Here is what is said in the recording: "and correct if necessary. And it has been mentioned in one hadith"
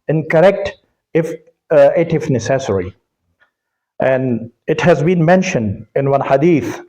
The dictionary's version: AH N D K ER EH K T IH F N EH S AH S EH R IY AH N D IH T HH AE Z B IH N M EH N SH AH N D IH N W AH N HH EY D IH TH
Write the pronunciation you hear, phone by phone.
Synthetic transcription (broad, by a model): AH N K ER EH K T IH F N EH S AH S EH R IY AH N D IH T HH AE Z B IH N M EH N SH AH N D IH N W AH N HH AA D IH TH